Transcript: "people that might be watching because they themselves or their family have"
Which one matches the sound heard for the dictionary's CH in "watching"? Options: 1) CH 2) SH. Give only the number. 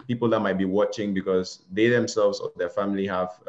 1